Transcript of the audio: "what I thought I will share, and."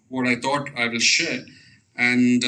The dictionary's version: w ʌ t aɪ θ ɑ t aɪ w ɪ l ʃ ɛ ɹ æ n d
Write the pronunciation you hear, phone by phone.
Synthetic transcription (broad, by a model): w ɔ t aɪ t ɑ t aɪ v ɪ l ʃ ɛ ɹ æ n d